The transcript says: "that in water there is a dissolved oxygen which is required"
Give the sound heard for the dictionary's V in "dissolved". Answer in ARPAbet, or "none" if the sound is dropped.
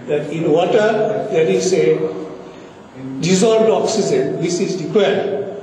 none